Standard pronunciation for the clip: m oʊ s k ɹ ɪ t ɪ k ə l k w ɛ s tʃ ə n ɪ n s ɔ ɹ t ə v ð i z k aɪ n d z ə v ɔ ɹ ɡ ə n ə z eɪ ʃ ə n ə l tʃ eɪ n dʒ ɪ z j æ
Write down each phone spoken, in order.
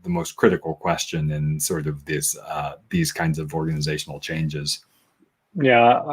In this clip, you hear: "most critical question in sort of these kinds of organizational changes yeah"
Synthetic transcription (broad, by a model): m oʊ s k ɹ ɪ t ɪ k l k w ɛ s tʃ ə n ɪ n s ɔ ɹ t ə v ð i z k aɪ n d z ə v ɔ ɹ ɡ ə n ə z eɪ ʃ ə n l tʃ eɪ n dʒ ɪ z j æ